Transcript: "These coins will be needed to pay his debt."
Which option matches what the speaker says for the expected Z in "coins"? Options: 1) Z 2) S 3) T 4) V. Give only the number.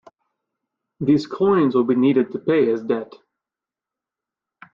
1